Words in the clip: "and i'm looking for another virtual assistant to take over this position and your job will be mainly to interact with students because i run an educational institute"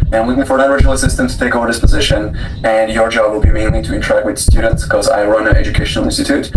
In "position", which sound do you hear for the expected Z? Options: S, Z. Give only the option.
Z